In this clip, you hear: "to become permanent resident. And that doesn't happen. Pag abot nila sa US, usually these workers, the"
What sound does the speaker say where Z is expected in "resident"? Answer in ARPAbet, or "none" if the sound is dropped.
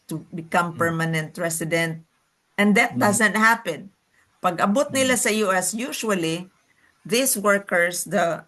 S